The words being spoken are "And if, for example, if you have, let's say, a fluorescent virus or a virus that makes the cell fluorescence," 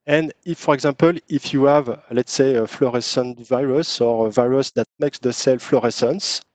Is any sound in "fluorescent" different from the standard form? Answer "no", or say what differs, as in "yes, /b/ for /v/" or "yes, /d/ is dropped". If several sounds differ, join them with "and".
no